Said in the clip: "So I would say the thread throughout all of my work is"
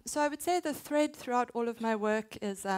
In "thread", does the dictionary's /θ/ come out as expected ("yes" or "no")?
yes